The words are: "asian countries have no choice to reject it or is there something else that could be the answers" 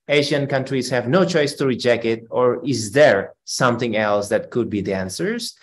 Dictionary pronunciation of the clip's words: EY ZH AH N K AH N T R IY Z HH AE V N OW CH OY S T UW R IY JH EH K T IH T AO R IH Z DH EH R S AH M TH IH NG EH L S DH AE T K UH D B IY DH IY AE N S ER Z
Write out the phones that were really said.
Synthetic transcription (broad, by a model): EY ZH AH N K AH N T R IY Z HH AE V N OW CH OY S T UW R IY JH EH K T IH T AO R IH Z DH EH R S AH M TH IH NG EH L S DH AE T K UH D B IY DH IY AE N S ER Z